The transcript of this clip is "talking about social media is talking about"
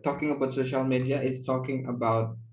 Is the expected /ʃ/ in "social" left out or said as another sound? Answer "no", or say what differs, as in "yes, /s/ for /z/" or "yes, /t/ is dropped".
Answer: no